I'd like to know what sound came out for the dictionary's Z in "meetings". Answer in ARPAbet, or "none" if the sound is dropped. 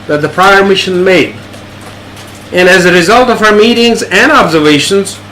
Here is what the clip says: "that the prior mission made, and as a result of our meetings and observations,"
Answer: Z